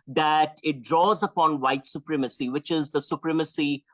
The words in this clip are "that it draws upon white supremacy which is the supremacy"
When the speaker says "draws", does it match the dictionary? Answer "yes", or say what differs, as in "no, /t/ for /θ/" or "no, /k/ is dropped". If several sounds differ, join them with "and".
yes